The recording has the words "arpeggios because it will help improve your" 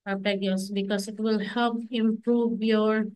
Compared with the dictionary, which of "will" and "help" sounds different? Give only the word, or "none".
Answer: none